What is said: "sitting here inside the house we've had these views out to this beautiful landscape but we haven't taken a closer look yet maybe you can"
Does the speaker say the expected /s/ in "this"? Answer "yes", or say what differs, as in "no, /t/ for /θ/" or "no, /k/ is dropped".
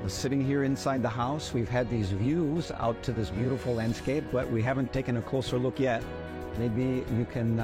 yes